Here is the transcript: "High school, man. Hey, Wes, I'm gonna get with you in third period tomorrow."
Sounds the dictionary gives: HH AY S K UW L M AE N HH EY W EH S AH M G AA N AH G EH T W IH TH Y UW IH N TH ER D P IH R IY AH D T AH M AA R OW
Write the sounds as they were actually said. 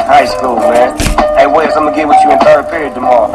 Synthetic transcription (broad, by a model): HH AY S K UW L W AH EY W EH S AH M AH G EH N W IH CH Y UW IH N F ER P IH R IY AH D T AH M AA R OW